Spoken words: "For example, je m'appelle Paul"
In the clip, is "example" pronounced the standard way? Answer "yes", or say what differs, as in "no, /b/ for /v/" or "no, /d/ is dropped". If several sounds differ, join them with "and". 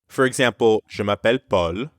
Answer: no, /m/ is dropped